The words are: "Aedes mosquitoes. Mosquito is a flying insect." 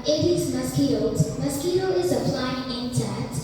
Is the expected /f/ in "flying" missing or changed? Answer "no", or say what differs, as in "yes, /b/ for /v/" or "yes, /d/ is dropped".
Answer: yes, /p/ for /f/